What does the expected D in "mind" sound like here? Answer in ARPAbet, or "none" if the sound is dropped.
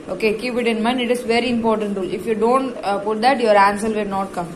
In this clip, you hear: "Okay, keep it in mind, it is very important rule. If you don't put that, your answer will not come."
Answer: none